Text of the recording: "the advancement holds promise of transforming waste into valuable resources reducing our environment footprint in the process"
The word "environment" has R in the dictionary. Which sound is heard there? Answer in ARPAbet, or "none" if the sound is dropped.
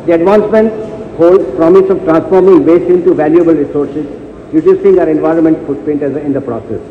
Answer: R